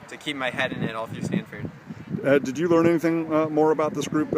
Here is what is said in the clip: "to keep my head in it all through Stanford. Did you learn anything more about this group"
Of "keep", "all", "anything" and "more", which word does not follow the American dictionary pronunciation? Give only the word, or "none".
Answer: none